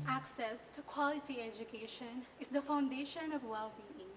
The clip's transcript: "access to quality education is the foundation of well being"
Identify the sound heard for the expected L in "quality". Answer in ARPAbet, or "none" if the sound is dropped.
L